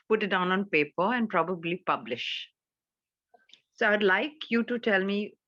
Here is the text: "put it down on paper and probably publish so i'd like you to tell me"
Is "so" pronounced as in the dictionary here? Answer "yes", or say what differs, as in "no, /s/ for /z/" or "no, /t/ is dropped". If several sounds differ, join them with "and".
yes